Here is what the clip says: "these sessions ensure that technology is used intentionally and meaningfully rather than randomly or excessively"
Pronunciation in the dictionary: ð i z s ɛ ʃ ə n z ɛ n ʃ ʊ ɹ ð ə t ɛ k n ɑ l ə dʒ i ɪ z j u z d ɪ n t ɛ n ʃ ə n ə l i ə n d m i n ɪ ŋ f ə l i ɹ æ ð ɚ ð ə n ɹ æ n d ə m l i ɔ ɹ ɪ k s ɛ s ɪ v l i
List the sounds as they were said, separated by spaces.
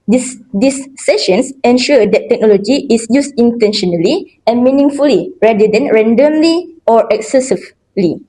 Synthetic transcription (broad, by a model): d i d s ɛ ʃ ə n s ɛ n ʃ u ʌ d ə t ɛ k n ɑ l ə dʒ i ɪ s j u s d ɪ n t ɛ n ʃ ə n ə l i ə n m i n ɪ ŋ f ə l i ɹ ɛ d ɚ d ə n ɹ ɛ n d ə m l i ɔ ɹ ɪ k s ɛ s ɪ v l i